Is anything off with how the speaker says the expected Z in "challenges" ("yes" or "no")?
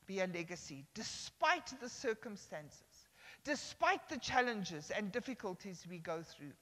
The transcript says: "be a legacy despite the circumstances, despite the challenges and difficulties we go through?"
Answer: no